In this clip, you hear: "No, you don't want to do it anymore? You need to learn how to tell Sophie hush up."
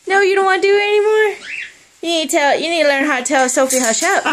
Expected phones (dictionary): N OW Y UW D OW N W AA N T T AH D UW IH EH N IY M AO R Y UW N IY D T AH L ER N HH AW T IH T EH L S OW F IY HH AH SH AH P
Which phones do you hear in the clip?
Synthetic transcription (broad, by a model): N OW Y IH D OW N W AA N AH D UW IH EH N IY M AO R Y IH N IY D T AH L ER N HH AW T IH T EH L S OW F IY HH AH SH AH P